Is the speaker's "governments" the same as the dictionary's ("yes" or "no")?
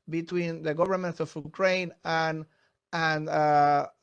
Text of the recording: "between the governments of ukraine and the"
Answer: no